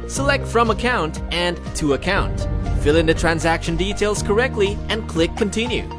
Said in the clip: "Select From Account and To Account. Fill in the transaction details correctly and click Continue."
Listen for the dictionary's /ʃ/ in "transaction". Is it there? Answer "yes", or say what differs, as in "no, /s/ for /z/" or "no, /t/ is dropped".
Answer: yes